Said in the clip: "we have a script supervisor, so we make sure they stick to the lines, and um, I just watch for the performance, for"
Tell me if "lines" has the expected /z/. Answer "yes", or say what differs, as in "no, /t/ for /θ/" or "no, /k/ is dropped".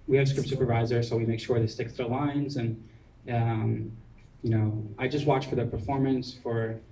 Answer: yes